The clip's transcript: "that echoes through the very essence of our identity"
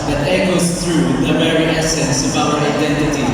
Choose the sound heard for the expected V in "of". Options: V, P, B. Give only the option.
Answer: B